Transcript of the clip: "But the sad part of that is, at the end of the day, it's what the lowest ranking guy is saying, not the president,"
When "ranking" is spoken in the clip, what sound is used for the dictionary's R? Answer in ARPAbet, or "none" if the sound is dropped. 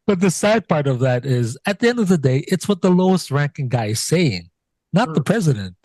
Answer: R